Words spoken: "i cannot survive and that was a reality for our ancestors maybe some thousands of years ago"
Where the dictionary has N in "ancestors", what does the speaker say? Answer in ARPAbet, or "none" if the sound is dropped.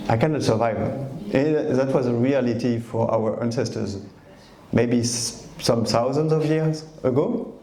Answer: N